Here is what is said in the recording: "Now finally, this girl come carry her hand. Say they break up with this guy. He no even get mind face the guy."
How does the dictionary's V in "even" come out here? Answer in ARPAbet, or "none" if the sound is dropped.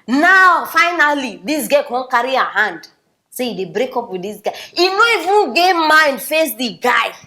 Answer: F